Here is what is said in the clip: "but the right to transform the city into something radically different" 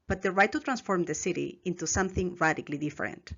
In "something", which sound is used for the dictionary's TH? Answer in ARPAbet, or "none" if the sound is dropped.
TH